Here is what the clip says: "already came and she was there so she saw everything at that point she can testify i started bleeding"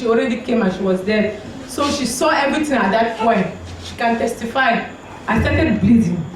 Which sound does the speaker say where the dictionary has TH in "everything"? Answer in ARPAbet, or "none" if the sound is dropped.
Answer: T